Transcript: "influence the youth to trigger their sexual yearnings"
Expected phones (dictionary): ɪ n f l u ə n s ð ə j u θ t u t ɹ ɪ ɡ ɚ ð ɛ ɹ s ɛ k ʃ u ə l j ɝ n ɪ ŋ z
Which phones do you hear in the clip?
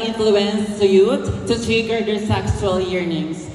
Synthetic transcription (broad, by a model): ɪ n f l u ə n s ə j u t t u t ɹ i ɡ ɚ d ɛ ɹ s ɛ k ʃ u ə l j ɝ n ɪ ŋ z